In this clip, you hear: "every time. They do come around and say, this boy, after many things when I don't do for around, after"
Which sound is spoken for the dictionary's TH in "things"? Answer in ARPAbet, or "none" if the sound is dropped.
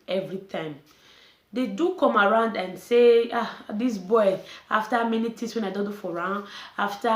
T